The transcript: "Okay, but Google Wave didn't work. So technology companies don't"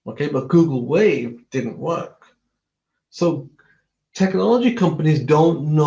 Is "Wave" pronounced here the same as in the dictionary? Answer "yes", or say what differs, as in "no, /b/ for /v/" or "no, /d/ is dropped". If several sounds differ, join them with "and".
yes